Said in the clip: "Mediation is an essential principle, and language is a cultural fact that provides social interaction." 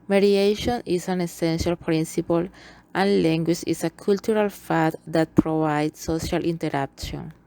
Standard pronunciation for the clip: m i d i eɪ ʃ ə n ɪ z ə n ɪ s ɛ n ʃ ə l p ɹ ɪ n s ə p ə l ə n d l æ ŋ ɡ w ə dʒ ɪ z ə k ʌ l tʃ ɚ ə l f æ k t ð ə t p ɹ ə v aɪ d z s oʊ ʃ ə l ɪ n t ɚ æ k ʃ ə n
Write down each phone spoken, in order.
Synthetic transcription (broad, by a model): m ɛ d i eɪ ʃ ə n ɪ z ə n ɪ s ɛ n ʃ ə l p ɹ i n s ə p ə l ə n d l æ ŋ ɡ w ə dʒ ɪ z ə k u l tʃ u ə l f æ t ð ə t p ɹ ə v aɪ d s s oʊ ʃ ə l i n t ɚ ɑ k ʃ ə n